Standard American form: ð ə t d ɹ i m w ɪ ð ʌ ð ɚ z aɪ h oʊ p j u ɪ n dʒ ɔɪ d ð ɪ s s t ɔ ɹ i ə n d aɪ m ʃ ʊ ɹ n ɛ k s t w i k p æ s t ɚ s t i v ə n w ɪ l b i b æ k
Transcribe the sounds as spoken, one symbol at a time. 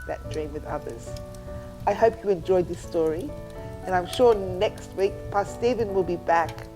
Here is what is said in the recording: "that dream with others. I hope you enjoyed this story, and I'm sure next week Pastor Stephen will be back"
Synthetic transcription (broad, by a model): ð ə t d ɹ i m w ɪ ð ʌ ð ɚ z aɪ h oʊ p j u ɪ n dʒ ɔɪ d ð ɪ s s t ɔ ɹ i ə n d aɪ m ʃ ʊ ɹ n ɛ k s t w i k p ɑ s s t i v ə n w ɪ l b i b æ k